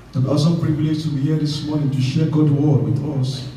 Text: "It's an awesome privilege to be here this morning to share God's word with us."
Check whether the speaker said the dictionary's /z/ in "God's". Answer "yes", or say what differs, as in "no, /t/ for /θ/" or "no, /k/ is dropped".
no, /z/ is dropped